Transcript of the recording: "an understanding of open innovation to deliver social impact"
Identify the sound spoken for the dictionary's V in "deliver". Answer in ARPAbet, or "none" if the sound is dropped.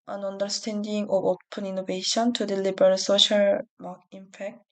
B